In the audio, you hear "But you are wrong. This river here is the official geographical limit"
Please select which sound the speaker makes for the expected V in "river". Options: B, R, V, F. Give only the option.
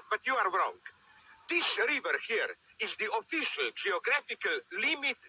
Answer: V